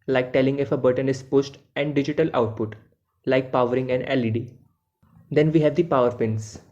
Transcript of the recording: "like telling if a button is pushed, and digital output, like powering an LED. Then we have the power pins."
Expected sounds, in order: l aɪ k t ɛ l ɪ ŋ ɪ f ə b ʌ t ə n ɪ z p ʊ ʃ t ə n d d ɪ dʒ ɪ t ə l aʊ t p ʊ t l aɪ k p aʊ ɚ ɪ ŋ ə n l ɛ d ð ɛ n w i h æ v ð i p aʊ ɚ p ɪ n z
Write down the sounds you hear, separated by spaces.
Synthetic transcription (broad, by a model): l aɪ k t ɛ l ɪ ŋ ɪ f ə b ʌ t ə n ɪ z p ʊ s t ə n d d ɪ dʒ ɪ t ə l aʊ t p ʊ t l aɪ k p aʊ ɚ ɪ ŋ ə n l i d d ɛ n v i h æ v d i p aʊ ɚ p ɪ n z